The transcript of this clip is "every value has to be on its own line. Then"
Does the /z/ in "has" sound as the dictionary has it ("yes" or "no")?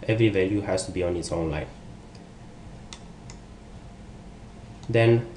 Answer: no